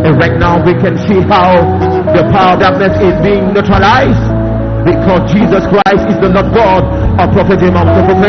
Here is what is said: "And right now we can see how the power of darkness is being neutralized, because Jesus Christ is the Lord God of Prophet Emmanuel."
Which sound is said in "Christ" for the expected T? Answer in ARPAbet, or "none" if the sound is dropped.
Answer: T